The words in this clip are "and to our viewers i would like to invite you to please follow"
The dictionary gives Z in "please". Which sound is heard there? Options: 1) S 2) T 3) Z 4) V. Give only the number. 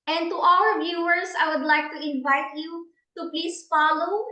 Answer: 1